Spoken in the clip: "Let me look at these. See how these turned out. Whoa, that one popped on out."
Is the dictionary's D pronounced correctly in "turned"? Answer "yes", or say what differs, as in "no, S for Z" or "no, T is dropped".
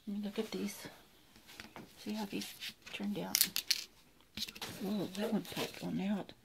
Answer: yes